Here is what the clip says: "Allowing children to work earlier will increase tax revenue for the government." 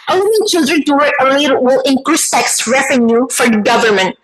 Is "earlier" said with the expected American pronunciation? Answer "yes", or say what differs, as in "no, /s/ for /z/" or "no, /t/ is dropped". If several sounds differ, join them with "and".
yes